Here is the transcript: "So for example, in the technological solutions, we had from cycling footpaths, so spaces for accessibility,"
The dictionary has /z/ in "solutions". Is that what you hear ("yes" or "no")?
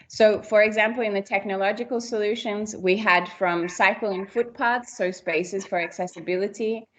yes